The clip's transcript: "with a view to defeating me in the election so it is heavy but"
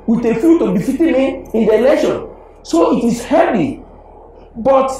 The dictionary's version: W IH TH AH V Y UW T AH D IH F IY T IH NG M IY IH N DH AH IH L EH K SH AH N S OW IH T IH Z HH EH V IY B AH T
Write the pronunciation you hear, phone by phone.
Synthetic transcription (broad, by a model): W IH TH AH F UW T AH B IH F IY T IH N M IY IH N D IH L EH SH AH N S OW IH T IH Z HH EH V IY B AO T